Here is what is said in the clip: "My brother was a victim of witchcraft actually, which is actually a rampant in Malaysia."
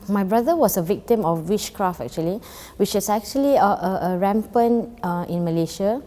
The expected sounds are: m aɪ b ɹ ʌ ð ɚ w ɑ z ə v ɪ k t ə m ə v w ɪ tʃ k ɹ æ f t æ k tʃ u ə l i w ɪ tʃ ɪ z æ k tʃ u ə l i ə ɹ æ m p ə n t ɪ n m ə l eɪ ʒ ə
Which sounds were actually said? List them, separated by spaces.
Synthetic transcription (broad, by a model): m aɪ b ɹ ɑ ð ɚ w ɑ s ə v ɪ k t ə m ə f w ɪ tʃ k ɹ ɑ f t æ k tʃ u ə l i w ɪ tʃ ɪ s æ k tʃ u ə l i ə ɹ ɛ m p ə n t ɪ n m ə l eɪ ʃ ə